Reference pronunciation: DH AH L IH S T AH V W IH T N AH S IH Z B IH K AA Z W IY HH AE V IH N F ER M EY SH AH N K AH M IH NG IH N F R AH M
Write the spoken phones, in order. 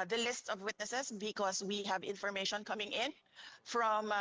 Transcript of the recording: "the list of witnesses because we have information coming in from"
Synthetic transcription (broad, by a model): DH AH L IH S T AH V W IH T N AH S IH S B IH K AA S W IY HH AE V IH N F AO M EY SH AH N K AH M IH NG IH N F R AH M